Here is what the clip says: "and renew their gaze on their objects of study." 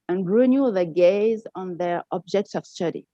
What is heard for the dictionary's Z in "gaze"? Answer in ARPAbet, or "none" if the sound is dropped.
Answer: Z